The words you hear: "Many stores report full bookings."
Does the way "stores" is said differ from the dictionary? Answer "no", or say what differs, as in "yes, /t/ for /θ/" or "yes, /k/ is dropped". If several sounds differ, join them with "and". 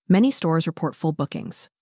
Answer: no